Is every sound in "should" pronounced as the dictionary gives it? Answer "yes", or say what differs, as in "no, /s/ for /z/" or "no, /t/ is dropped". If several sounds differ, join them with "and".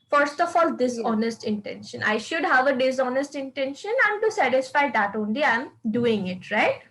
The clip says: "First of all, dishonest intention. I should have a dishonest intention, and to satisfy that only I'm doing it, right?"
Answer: yes